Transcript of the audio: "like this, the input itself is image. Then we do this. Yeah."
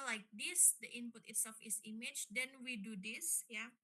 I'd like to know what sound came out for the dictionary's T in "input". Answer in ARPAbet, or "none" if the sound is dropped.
T